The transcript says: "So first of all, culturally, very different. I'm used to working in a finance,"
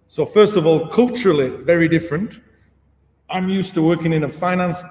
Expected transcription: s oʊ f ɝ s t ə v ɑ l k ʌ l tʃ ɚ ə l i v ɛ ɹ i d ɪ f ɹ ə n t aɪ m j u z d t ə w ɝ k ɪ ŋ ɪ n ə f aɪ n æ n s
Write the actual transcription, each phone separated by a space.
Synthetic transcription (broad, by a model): s oʊ f ɝ s t ə v ɑ l k ʌ l tʃ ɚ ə l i v ɛ ɹ i d ɪ f ɹ ə n t aɪ m j u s t ə w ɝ k ɪ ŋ ɪ n ə f aɪ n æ n s